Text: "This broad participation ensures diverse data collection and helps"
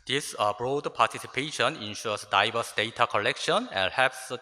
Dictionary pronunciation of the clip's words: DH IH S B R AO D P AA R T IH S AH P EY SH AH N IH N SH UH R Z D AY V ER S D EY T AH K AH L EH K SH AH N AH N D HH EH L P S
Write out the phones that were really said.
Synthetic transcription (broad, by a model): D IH S B R AO D P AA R T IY S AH P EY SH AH N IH N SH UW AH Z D AY B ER S D EY T AH K AH L EH K SH AH N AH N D HH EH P S